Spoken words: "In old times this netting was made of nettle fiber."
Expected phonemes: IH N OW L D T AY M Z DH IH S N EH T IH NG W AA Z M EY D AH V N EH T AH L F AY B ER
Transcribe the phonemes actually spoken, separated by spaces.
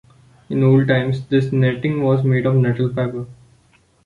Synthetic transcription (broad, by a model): IH N OW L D T AY M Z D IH S N EH T IH NG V AA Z M EY D AH V N EH T AH L P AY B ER